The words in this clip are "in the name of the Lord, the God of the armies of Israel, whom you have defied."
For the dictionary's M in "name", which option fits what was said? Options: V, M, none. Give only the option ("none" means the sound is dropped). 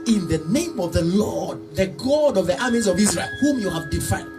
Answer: M